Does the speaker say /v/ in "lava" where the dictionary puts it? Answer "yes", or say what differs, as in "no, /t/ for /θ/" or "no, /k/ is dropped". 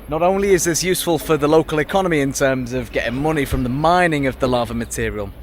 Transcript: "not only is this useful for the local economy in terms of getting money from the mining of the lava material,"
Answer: yes